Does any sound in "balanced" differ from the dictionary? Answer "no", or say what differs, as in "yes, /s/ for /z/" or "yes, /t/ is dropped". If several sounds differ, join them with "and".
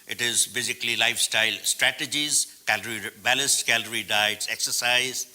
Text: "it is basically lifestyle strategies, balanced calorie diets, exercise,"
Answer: yes, /l/ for /n/